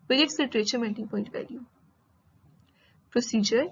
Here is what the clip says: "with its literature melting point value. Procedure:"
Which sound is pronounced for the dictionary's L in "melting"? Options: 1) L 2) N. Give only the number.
2